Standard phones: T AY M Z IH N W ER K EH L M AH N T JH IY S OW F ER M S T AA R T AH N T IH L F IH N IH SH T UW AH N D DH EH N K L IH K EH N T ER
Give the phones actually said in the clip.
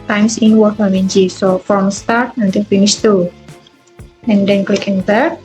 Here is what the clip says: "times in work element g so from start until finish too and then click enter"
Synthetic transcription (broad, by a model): T AY M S IH N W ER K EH M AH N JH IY S OW F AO M S T AA R T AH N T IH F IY N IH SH T UW AH N D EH N K L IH K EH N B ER